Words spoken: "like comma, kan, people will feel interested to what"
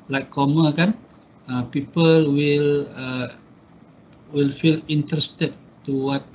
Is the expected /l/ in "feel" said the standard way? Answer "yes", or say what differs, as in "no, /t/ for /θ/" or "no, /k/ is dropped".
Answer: yes